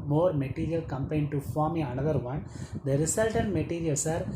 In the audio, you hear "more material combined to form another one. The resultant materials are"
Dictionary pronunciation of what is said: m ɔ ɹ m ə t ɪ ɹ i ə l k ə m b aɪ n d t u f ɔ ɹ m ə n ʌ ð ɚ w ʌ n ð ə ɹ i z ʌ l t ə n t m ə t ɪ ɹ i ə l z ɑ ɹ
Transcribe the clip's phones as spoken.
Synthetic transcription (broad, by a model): m ɔ ɹ m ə t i ɹ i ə l k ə m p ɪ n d t u f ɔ ɹ m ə n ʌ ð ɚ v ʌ n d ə ɹ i s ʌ l t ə n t m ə t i ɹ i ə l s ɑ ɹ